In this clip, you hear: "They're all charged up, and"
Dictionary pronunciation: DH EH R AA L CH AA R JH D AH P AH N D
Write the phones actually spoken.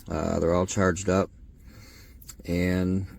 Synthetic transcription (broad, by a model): DH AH R AA L CH AA R JH D AH P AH N